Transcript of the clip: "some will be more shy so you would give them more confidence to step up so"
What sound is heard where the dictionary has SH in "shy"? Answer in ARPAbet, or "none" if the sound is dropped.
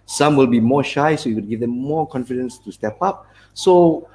SH